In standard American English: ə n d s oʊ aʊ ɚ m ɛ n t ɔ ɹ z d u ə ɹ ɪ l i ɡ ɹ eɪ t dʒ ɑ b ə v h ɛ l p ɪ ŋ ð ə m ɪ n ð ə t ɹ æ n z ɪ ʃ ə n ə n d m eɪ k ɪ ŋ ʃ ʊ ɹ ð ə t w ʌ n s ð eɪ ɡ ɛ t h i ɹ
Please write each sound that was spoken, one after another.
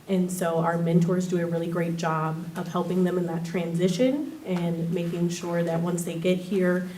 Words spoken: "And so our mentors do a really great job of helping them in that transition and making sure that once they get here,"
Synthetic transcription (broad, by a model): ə n s oʊ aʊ ɚ m ɛ n t ɔ ɹ z d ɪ ə ɹ ɪ l i ɡ ɹ eɪ t dʒ ɑ b ə v h ɛ l p ɪ ŋ ð ə m ɪ n ð ə t ɹ æ n z ɪ ʃ ə n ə n m eɪ k ɪ ŋ ʃ ʊ ɹ ð ə t w ʌ n s ð eɪ ɡ ɛ t h i ɹ